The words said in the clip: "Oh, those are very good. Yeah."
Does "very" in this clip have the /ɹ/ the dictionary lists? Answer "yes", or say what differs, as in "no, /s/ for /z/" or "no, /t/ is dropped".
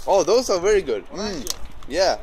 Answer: yes